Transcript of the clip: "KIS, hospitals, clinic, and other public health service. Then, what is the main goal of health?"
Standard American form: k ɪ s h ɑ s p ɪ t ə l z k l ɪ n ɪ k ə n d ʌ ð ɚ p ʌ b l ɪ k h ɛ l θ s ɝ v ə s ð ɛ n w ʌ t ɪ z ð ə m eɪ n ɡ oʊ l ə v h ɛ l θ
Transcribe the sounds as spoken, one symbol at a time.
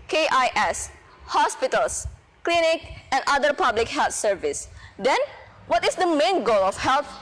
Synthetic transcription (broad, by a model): k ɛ s h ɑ s p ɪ t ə l s k l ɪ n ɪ k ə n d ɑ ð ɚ p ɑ b l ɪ k h ɛ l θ s ɝ v ə s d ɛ n w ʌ t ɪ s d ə m eɪ n ɡ oʊ l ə f h ɛ l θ